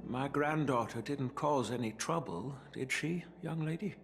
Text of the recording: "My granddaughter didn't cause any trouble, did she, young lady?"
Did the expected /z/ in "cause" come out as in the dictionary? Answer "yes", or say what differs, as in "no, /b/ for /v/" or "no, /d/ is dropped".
yes